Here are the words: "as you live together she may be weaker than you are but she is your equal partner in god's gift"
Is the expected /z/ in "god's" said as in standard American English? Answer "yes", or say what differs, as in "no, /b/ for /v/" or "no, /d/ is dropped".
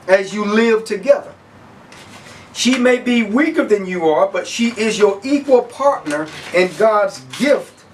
yes